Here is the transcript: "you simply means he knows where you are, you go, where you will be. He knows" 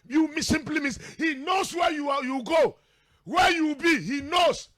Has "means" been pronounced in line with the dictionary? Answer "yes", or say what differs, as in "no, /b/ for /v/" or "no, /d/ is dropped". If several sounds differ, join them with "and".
no, /s/ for /z/